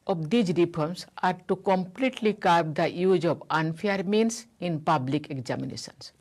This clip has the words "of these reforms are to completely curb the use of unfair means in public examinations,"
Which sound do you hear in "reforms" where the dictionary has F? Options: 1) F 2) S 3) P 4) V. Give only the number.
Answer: 3